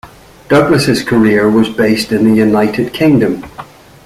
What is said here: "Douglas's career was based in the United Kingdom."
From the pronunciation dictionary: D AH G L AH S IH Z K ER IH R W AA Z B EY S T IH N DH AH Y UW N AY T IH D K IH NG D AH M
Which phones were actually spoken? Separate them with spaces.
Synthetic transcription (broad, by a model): D AH G L AH S IH Z K ER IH R W AA Z B EY S T IH N DH AH Y UW N AY T IH D K IH NG D AH M